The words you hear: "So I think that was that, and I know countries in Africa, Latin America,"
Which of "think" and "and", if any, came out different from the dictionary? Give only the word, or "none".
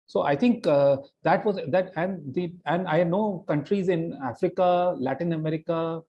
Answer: think